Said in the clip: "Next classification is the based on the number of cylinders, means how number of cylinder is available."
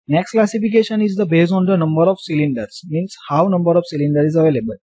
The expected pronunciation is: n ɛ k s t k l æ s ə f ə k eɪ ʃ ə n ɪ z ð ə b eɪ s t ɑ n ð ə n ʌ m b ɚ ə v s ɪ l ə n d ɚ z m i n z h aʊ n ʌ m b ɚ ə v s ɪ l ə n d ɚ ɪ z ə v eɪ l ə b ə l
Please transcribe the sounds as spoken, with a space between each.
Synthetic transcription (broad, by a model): n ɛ k s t k l æ s ə f ə k eɪ ʃ ə n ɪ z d ə b eɪ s ɑ n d ə n ʌ m b ɚ ə v s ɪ l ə n d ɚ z m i n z h aʊ n ʌ m b ɚ ə v s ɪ l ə n d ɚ ɪ z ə v eɪ l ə b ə l